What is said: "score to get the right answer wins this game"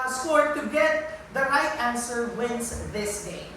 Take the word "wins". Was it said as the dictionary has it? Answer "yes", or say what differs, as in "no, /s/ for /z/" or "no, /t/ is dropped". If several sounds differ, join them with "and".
no, /s/ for /z/